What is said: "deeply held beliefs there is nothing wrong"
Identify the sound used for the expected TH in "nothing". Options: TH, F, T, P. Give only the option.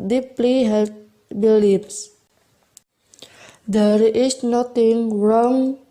T